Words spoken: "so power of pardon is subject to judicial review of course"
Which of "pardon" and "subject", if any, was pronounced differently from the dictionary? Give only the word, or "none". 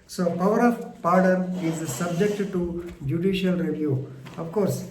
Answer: none